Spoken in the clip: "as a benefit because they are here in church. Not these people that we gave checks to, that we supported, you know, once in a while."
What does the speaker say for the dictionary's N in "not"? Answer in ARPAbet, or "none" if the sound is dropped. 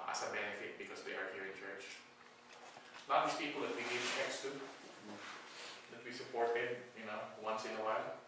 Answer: L